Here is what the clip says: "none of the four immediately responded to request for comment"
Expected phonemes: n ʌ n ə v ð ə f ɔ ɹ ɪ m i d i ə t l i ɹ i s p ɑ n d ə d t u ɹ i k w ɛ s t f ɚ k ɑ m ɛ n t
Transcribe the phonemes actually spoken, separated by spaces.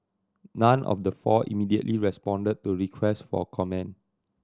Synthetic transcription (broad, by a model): n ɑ n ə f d ə f ɔ ɪ m i d i ə t l i ɹ i s p ɑ n d ə d t u ɹ i k w ɛ s t f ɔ k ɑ m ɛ n